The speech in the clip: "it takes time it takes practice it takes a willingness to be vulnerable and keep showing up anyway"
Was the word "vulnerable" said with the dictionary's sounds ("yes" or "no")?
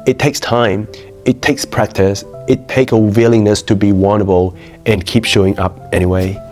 no